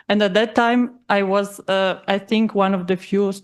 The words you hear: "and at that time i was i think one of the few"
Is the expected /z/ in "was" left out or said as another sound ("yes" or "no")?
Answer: no